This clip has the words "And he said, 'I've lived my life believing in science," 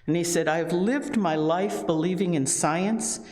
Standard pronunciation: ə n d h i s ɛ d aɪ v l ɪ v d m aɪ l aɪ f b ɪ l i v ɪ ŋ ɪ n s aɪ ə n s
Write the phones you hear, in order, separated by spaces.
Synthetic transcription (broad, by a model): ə n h i s ɛ d aɪ v l ɪ v d m aɪ l aɪ f b ɪ l i v ɪ ŋ ɪ n s aɪ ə n s